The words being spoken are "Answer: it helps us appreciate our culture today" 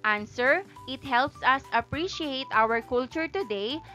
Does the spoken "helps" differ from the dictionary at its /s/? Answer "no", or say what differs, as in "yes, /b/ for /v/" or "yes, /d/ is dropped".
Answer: no